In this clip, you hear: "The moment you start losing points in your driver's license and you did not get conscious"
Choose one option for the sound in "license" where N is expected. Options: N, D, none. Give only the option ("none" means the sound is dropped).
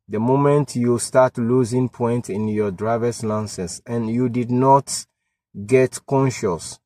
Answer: none